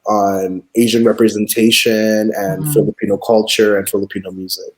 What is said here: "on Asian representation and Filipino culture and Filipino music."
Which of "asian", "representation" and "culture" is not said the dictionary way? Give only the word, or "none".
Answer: none